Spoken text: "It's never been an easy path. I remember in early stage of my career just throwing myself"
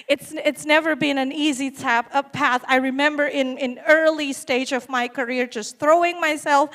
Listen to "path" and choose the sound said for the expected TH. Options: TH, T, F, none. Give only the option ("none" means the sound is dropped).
TH